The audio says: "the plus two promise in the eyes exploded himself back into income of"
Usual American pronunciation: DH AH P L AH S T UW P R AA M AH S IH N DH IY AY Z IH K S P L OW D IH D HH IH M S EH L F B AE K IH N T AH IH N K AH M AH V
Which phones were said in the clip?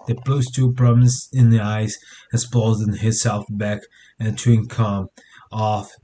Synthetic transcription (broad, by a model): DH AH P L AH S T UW P R AA M AH S IH N DH IY AY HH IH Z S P OW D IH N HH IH S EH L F B AE K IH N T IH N K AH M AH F